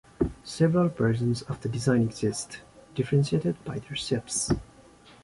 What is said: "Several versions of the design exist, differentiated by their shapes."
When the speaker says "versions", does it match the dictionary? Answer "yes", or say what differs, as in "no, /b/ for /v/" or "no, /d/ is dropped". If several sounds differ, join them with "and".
no, /p/ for /v/ and /s/ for /ʒ/